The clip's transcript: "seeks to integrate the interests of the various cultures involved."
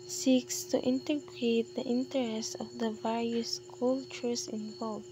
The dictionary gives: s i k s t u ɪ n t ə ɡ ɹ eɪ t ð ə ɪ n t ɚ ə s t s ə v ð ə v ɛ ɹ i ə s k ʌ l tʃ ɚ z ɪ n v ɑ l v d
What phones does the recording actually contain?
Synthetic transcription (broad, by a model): s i k s t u ɪ n t ə ɡ ɹ eɪ t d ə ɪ n t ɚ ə s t ə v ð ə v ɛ ɹ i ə s k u l tʃ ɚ s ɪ n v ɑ l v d